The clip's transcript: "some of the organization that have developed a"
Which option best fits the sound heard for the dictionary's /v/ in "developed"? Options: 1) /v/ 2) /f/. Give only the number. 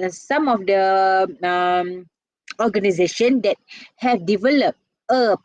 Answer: 1